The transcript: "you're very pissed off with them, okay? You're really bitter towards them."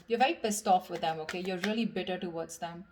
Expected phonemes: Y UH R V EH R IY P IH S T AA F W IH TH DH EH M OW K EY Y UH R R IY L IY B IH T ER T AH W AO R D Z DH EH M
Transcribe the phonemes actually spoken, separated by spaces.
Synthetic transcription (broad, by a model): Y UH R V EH IY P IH S T AA F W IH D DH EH M OW K EY Y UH R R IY L IY B IH T ER T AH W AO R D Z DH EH M